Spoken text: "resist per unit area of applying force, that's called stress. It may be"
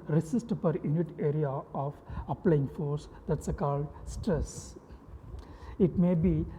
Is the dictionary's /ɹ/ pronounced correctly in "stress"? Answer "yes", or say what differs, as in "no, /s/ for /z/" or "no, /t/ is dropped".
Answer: yes